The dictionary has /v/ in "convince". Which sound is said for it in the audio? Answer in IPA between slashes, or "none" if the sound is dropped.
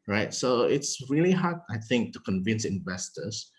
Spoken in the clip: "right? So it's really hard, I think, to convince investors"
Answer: /v/